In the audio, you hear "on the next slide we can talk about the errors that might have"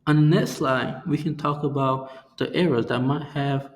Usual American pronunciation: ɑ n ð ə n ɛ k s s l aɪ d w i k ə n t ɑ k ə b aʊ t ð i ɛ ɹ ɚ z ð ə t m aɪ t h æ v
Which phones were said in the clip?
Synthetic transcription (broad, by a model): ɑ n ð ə n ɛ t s s l aɪ d w i k ə n t ɑ k ə b aʊ t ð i ɛ ɹ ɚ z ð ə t m aɪ t h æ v